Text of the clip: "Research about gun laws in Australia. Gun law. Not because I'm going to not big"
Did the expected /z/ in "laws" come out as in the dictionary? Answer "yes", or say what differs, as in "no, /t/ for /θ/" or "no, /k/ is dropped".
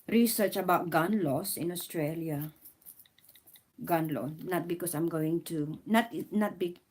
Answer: no, /s/ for /z/